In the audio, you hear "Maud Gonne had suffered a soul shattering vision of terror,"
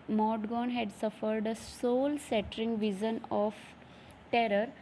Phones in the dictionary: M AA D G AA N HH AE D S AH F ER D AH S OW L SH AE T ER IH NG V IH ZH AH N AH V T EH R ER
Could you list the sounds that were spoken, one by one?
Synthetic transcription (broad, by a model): M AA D G AA N HH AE D S AH F ER D AH S OW L S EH T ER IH NG V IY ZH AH N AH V T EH R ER